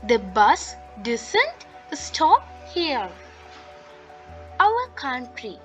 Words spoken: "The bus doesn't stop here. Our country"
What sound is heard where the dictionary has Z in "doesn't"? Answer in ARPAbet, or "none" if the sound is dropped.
S